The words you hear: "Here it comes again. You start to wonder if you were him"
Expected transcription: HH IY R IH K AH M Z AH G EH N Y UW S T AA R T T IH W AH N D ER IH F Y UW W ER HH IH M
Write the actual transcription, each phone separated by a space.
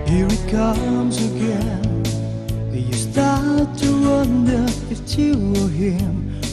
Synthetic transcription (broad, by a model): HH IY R IH K AH M Z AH G EH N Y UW S T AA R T T IH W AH N D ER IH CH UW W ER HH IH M